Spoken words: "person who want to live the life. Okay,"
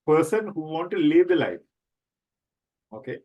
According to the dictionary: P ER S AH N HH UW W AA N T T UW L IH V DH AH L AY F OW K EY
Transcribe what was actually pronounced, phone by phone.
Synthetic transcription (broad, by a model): P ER S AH N HH UW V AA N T T UW L IH V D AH L AY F OW K EY